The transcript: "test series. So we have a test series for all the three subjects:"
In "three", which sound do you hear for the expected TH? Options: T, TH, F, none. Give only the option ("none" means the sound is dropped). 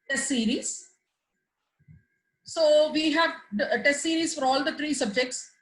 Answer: T